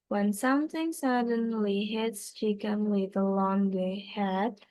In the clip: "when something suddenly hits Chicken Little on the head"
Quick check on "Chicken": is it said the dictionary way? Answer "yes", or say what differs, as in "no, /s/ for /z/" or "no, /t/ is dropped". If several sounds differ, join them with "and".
no, /ʃ/ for /tʃ/